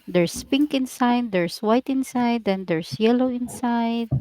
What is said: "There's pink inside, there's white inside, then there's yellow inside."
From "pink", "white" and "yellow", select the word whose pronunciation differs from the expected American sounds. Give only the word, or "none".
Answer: none